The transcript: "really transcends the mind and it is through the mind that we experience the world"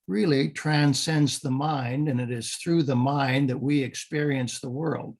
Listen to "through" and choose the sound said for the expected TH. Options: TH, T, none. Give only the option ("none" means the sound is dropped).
TH